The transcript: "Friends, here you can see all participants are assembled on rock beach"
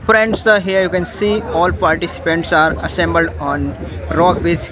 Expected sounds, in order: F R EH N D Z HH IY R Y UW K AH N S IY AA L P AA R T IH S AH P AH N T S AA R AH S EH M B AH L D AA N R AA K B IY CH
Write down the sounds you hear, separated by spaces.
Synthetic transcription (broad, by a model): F R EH N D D HH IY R Y UW K AH N S IY AA L P AA R T IH S AH P AH N T S AA R AH S EH M B AH L D AA N R AA K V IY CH